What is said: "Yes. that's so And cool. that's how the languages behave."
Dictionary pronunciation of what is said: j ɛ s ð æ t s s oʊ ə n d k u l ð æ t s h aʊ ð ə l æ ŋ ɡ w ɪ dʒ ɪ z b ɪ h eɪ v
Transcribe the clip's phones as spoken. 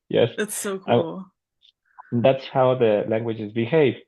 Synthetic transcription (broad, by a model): j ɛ s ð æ t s s oʊ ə k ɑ l ð æ t s h aʊ ð ə l æ ŋ ɡ w ɪ dʒ ɪ z b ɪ h eɪ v